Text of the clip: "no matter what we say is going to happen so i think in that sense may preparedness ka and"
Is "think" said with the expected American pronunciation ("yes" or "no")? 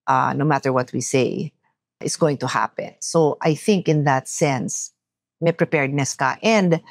yes